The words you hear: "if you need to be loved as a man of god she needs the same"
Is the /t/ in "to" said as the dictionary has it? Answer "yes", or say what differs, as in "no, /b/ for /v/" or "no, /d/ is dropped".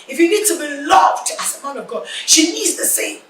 yes